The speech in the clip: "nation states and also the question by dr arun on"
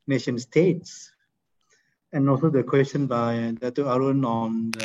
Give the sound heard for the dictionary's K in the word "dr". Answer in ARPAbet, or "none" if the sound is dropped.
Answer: none